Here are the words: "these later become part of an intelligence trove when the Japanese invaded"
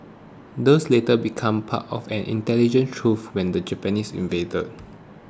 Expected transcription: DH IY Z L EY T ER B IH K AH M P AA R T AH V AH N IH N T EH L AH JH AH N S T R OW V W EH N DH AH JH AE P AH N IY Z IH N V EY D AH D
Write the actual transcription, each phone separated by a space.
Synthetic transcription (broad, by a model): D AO S L EY T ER B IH K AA M P AA T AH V AH N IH N T EH L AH JH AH N T R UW F W EH N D AH JH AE P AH N IY S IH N V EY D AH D